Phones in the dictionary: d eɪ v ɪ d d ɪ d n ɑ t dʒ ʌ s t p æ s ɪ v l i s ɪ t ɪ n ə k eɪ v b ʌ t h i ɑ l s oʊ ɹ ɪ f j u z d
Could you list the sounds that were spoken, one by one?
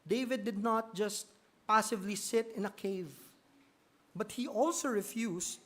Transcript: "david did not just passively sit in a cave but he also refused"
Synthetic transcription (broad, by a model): d eɪ v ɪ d d ɪ d n ɑ t dʒ ʌ s t p æ s ɪ v l i s ɪ t ɪ n ə k eɪ v b ʌ t h i ɑ l s oʊ ɹ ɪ f j u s